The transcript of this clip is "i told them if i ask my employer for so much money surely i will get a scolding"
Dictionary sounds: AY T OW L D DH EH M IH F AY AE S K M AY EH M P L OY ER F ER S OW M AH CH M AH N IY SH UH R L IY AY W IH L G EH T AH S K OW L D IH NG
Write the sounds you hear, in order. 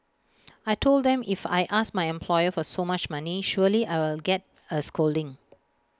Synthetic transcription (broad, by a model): AY T OW L D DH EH M IH F AY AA S M AY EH M P L OY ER F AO S OW M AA CH M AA N IY SH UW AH L IY AY W IH L G EH T AH S K OW L D IH NG